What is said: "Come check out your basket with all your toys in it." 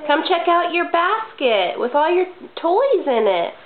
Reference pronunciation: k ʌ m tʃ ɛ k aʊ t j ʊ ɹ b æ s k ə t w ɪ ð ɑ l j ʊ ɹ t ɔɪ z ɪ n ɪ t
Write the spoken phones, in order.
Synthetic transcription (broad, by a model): k ʌ m tʃ ɛ k aʊ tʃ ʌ ɹ b æ s k ə t w ɪ ð ɑ l j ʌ ɹ t ɔɪ z ɪ n ɪ t